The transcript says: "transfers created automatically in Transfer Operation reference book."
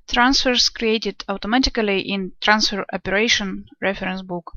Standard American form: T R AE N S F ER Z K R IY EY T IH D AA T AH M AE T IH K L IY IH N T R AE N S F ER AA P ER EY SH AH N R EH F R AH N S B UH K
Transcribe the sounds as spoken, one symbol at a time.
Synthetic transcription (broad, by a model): T R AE N S F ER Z K R IY EY T IH D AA T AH M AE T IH K L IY IH N T R AE N S F ER AA P ER EY SH AH N R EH F R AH N S B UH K